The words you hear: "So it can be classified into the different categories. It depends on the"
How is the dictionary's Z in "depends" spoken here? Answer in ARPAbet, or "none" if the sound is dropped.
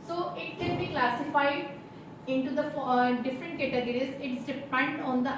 none